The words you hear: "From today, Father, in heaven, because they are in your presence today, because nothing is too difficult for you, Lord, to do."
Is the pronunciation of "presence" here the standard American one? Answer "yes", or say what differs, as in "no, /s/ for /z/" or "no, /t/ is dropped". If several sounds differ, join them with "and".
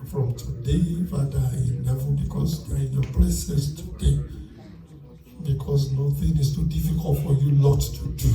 no, /l/ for /ɹ/ and /s/ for /z/ and /n/ is dropped